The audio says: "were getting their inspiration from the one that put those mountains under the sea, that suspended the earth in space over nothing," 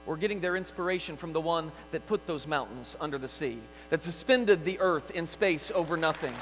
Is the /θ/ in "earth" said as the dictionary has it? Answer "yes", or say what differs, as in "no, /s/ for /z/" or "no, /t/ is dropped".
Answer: yes